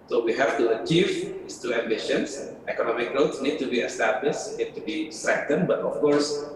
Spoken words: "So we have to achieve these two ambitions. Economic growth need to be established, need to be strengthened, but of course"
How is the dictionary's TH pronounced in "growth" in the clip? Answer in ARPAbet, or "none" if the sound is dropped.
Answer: S